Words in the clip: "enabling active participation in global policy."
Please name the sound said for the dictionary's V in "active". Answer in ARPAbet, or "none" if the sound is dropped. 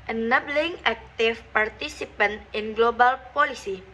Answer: F